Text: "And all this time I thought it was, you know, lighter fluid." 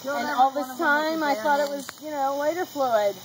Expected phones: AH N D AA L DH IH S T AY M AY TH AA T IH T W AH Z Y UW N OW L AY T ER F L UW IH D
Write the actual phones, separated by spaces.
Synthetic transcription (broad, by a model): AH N AA L DH IH S T AY M AY TH AA T IH T W AH Z Y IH N OW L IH T ER F L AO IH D